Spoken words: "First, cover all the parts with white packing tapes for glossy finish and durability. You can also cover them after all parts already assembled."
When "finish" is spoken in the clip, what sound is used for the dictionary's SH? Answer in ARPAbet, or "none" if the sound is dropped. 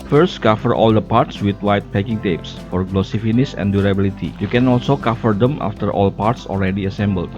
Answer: S